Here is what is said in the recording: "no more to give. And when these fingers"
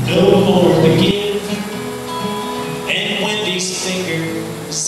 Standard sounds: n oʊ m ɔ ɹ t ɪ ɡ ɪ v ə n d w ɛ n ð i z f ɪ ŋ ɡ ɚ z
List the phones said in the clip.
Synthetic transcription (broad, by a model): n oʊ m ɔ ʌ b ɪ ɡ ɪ ə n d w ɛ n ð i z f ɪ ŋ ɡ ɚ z